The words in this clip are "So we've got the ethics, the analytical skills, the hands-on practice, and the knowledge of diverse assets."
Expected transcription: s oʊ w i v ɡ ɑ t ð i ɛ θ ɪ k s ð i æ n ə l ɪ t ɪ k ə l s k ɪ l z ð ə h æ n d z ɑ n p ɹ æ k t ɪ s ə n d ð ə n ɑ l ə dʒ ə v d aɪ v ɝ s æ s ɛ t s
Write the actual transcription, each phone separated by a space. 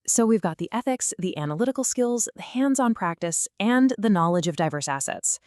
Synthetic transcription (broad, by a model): s oʊ w i v ɡ ɑ t ð i ɛ θ ɪ k s ð i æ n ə l ɪ t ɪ k l s k ɪ l z ð ə h æ n d z n p ɹ æ k t ɪ s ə n ð ə n ɑ l ə dʒ ə v d aɪ v ɝ s æ s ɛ t s